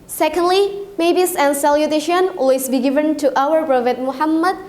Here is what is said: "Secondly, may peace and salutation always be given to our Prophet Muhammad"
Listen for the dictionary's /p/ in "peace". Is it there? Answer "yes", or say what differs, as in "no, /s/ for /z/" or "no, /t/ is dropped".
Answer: no, /b/ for /p/